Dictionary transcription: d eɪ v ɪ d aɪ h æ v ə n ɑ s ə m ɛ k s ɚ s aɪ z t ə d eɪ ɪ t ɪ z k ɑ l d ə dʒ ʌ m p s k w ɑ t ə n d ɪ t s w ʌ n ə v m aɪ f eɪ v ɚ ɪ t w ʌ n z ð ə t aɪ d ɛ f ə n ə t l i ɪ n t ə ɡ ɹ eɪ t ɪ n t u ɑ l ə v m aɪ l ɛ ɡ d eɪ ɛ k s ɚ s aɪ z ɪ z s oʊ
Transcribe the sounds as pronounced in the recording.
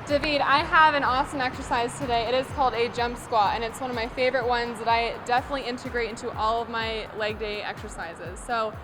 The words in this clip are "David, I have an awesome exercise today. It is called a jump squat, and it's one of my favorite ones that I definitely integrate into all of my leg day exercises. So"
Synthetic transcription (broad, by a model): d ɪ v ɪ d aɪ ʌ v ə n ɑ s ə m ɛ k s ɚ s aɪ z t ə d eɪ ɪ t ɪ z k ɑ l d ə dʒ ʌ m p s k w ɑ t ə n ɪ t s w ʌ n ə v m aɪ f eɪ v ɚ ɪ t w ʌ n z ð ə t aɪ d ɛ f ə n ə t l i ɪ n t ə ɡ ɹ eɪ t ɪ n t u ɑ l ə v m aɪ l ɛ ɡ d eɪ ɛ k s ɚ s aɪ z ɪ z s oʊ